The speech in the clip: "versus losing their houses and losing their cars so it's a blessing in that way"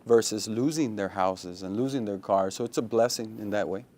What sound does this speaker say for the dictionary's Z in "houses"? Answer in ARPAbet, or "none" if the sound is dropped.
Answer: Z